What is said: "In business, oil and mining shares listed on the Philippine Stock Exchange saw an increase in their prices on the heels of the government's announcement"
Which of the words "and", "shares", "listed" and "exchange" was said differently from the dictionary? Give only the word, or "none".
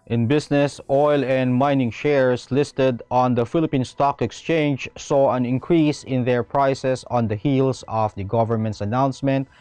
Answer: shares